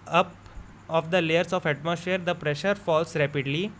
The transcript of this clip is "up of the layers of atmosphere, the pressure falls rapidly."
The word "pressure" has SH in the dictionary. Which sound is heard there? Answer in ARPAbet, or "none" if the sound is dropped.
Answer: SH